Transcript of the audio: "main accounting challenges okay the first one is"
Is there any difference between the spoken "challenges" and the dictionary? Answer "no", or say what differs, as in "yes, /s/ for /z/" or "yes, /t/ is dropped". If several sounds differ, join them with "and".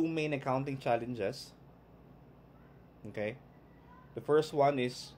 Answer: yes, /s/ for /z/